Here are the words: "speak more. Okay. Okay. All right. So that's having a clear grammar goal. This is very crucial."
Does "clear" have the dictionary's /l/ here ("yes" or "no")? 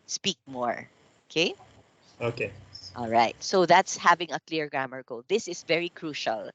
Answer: yes